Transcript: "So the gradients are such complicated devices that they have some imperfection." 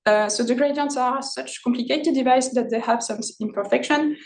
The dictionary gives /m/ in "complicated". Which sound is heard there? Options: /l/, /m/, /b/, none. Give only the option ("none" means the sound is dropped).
/m/